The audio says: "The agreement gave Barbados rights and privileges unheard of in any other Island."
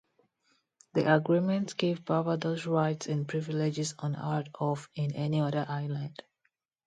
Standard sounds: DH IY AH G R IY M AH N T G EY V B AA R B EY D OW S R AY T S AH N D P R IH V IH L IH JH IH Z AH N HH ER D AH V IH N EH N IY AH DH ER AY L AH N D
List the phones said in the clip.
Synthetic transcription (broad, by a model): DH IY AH G R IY M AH N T G EY V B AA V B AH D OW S R AY T S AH N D P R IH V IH L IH JH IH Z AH N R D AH F IH N EH N IY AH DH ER AY L AH N D